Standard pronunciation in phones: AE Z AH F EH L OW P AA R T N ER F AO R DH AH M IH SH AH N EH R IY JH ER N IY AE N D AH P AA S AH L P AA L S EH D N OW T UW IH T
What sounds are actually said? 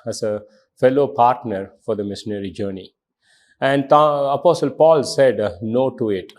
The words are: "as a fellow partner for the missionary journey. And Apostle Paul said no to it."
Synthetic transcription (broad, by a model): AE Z AH F EH L OW P AA R T N ER F AO R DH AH M IH SH AH N EH R IY JH ER N IY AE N D AH P AA S AH L P AA L S EH D N OW T UW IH T